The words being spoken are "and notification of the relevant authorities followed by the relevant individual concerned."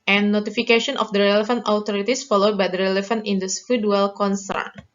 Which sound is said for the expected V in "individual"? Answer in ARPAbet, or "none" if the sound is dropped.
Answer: F